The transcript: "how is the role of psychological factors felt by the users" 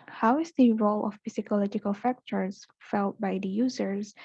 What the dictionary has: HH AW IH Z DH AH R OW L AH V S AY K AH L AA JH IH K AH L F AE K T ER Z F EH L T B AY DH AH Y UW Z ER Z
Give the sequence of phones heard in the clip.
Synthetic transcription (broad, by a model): HH AW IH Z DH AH R OW L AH P S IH K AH L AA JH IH K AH L F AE K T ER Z F EH L T B AY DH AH Y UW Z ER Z